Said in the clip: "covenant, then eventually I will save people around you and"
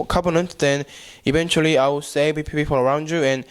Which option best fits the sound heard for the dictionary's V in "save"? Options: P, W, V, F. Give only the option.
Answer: P